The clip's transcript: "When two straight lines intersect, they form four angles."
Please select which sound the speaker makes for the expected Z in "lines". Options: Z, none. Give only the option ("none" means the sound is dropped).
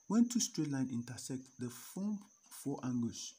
none